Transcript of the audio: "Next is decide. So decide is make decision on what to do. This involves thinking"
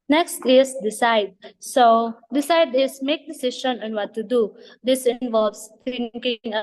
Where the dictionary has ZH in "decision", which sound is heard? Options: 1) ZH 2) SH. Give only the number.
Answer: 2